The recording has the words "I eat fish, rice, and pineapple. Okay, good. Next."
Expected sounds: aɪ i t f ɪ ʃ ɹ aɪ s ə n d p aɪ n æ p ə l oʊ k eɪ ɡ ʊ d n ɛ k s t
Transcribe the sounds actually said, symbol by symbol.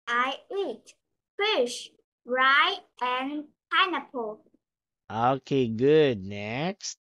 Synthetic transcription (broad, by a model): aɪ i t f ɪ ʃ ɹ aɪ ə n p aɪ n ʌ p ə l oʊ k eɪ ɡ ʊ d n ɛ k s t